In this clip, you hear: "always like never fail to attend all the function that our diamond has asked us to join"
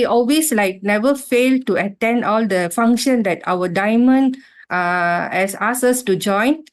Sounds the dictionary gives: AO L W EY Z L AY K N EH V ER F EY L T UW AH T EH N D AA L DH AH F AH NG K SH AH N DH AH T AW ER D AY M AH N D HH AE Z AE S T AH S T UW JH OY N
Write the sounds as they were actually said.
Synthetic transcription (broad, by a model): AO L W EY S L AY K N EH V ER F EY L T UW AH T EH N D AA L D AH F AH NG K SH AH N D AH T AW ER D AY M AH N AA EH S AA S AH S T UW JH OY N